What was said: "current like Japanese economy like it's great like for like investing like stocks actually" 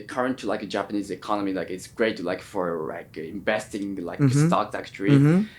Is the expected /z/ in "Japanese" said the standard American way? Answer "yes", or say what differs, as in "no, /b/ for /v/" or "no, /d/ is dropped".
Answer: yes